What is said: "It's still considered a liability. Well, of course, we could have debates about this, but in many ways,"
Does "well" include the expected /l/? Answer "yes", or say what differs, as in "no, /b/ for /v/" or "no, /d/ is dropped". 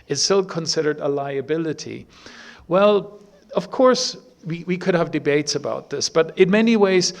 yes